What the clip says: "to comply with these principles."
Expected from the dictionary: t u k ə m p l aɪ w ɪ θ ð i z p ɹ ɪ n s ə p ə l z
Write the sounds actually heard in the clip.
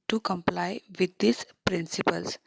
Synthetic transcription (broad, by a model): t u k ə m p l aɪ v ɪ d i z p ɹ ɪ n s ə p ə l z